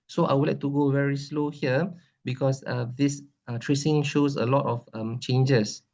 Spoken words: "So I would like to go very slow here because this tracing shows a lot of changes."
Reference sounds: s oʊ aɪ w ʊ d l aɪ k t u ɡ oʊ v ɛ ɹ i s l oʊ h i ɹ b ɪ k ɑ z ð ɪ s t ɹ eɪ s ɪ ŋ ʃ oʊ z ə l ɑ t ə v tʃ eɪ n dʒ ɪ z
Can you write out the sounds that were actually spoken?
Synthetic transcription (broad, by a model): s oʊ aɪ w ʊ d l aɪ k t u ɡ oʊ v ɛ ɹ i s l oʊ h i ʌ b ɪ k ɑ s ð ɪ s t ɹ eɪ s ɪ ŋ ʃ oʊ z ə l ɑ t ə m tʃ eɪ n dʒ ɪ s